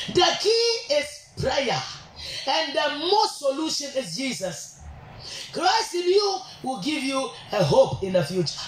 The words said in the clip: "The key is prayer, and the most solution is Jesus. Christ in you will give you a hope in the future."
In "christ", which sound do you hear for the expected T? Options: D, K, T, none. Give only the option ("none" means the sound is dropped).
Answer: T